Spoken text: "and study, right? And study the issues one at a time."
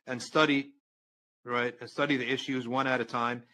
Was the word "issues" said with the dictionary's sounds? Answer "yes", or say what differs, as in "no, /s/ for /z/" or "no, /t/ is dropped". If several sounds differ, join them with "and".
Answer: yes